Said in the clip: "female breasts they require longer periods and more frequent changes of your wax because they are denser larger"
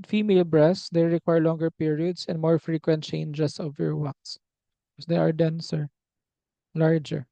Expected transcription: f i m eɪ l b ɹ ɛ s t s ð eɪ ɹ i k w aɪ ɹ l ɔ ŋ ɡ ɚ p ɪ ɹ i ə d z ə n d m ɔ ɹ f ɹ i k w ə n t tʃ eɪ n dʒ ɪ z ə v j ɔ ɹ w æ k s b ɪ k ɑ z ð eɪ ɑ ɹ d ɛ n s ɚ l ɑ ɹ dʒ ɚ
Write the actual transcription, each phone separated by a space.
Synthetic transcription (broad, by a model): f i m eɪ l b ɹ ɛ s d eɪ ɹ i k w aɪ ɹ l ɔ ŋ ɡ ɚ p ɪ ɹ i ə d s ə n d m ɔ ɹ f ɹ i k w ə n t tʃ eɪ n dʒ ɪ s ə v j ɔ ɹ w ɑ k s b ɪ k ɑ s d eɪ ɑ ɹ d ɛ n s ɚ l ɑ ɹ dʒ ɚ